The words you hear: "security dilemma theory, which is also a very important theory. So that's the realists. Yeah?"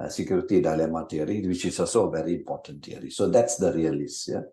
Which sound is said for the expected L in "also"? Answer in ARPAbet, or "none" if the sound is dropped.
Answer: none